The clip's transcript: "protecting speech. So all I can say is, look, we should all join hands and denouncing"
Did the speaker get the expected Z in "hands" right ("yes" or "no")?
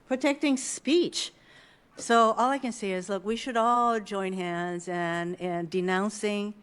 yes